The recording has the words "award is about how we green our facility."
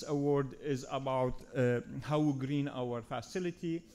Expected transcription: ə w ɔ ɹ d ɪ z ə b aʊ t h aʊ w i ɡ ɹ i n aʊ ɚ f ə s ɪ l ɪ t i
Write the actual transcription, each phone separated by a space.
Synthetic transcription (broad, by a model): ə w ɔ ɹ d ɪ z ə b aʊ t h aʊ w i ɡ ɹ i n aʊ ɚ f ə s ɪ l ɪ t i